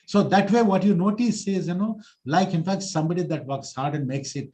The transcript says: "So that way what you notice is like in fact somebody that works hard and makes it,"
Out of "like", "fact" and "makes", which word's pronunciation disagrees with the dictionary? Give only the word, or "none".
none